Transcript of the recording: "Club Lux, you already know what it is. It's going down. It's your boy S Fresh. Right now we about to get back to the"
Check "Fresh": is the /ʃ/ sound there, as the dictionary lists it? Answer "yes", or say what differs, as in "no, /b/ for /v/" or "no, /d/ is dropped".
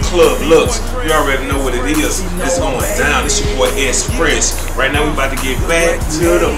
no, /s/ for /ʃ/